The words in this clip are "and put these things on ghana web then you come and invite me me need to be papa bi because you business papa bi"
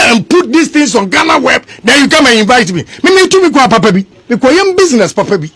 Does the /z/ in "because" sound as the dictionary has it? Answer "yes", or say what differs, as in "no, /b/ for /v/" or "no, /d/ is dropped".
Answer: no, /z/ is dropped